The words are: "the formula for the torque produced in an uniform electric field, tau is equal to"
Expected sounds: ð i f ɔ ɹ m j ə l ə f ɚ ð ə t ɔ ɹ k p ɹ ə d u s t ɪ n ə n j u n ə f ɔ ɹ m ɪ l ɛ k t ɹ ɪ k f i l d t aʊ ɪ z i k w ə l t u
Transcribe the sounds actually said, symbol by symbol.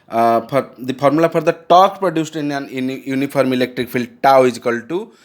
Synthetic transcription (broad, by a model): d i p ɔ ɹ m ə l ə p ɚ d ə t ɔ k p ɹ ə d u s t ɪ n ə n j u n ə p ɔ ɹ m ɪ l ɛ k t ɹ ɪ k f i l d t aʊ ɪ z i k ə l t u